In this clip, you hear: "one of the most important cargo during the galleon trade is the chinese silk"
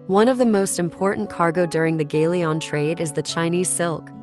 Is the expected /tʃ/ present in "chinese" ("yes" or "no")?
yes